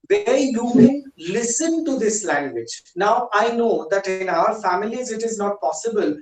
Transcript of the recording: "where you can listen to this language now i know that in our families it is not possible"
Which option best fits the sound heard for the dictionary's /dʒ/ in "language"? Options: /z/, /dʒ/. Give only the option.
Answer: /dʒ/